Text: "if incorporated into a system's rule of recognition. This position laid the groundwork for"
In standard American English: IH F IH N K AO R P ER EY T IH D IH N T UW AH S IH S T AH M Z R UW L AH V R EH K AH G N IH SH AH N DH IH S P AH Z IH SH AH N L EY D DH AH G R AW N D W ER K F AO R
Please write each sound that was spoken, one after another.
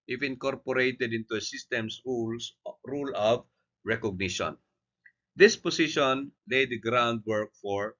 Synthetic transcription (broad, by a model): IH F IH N K AO R P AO EY T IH D IH N T UW AH S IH S T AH M S R UW L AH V R EH K AH G N IH SH AH N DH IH S P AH S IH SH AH N L EY D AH G R AW N D W ER K F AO R